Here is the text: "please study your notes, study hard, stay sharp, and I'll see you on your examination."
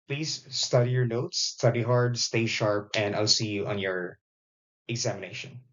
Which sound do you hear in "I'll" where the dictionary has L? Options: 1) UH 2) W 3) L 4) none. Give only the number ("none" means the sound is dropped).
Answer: 3